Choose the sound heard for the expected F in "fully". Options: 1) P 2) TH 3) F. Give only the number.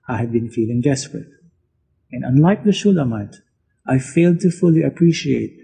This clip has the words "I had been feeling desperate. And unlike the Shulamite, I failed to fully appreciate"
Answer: 3